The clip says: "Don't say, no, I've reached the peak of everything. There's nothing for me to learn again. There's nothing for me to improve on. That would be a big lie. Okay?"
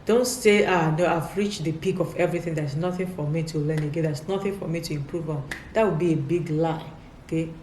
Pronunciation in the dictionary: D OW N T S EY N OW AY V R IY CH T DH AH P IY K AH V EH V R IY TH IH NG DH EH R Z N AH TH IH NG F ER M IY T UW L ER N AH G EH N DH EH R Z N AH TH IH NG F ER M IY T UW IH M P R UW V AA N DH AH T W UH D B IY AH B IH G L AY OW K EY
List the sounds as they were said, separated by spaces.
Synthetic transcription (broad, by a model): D OW N T S EY N OW AY V R IY CH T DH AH P IY K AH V EH V R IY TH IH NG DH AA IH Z N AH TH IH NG F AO M IY T UW L ER N AH G EH N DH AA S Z N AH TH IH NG F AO M IY T UW IH M P R UW V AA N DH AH T W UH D B IY AH B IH G L AY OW K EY